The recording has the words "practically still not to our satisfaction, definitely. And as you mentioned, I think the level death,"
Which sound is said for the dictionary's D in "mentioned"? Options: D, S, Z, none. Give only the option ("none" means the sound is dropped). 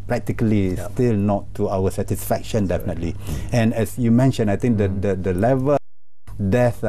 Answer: none